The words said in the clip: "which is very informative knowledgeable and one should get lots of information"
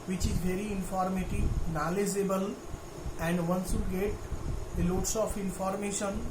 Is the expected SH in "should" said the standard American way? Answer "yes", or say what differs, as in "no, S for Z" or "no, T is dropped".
no, S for SH